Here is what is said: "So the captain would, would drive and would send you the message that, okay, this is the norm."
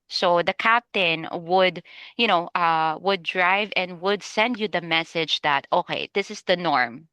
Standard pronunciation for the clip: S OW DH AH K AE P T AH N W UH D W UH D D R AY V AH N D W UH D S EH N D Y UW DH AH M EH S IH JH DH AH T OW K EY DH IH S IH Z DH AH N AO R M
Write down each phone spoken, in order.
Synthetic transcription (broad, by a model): S OW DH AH K AE P T AH N W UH D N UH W D R AY V AH N D W UH D S EH N D Y UW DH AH M EH S IH JH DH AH T OW K EY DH IH S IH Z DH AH N AO R M